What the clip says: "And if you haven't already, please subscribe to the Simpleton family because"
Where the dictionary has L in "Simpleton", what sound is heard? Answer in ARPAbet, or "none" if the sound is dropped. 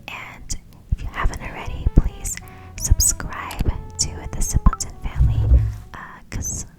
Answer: N